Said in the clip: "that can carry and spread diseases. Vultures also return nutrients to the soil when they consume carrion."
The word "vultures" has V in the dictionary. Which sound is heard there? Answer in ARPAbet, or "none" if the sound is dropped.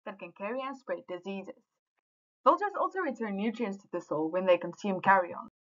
B